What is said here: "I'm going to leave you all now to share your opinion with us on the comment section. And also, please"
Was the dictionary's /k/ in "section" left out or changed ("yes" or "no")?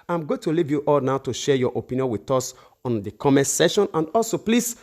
yes